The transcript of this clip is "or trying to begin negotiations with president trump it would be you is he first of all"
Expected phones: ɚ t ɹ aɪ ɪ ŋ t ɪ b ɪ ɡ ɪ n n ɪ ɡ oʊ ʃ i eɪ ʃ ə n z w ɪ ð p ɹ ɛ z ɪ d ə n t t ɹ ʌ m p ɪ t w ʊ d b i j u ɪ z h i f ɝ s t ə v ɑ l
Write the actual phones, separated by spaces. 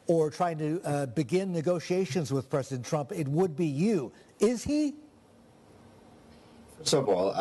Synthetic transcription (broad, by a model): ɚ t ɹ aɪ ɪ ŋ t ɪ b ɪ ɡ ɪ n n ɪ ɡ oʊ ʃ i eɪ ʃ ə n z w ɪ ð p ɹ ɛ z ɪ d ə n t t ɹ ʌ m p ɪ t w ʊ d b i j u ɪ z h i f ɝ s ə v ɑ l